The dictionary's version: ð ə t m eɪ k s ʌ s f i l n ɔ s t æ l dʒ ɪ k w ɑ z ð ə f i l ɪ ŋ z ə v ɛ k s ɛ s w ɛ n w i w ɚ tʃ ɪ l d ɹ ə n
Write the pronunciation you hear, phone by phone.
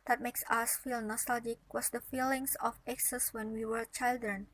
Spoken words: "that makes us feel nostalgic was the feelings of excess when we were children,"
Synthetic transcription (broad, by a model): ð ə t m eɪ k s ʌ s f i l n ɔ s t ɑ l dʒ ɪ k w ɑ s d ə f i l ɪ ŋ s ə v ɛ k s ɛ s w ɛ n w i w ɚ tʃ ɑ l d ɹ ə n